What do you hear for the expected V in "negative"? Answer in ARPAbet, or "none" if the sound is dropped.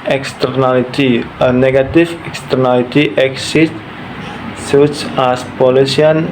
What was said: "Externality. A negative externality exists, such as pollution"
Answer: F